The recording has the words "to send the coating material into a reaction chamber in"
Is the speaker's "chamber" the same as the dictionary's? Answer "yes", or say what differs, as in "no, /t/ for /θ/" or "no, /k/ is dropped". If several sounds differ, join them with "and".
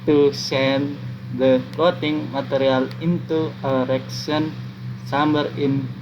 no, /s/ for /tʃ/